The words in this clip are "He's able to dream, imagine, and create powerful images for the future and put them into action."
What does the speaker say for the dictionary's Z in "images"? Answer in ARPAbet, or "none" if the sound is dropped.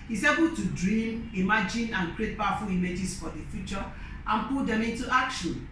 S